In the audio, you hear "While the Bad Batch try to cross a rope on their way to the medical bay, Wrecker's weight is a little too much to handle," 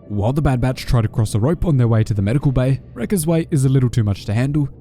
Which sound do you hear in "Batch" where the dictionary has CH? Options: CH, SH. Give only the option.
CH